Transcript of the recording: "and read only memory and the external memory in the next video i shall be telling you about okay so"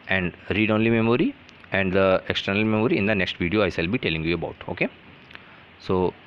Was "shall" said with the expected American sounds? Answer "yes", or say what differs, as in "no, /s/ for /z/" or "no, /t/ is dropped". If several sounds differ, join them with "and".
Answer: no, /s/ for /ʃ/